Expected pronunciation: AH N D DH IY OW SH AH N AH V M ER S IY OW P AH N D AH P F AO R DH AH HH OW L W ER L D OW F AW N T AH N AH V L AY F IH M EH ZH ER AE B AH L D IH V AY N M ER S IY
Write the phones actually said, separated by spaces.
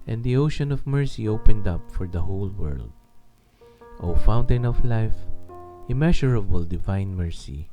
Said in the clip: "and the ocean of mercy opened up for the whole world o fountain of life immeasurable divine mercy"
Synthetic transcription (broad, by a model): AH N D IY OW SH AH N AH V M ER S IY OW P AH N D AH P F AO R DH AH HH OW L W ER L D OW F AW N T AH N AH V L AY F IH M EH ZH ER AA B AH L D IH V AY N M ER S IY